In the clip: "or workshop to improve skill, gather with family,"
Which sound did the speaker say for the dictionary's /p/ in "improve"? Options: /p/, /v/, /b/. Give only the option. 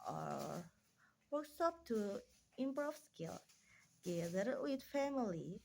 /b/